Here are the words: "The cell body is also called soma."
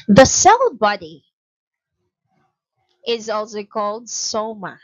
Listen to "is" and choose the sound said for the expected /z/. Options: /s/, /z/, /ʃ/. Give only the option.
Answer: /z/